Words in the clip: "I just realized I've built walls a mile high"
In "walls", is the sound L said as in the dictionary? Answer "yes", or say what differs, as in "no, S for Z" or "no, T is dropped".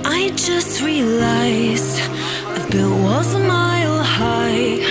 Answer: no, L is dropped